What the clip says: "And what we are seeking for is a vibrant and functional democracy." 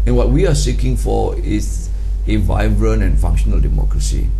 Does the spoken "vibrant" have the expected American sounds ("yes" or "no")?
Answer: no